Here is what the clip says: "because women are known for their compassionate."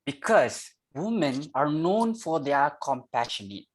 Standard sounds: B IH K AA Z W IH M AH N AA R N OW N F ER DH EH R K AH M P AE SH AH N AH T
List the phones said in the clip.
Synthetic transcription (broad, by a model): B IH K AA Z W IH M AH N AA R N OW N F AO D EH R K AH M P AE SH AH N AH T